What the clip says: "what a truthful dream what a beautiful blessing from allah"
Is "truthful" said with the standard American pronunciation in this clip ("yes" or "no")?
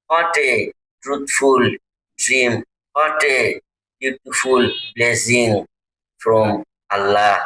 no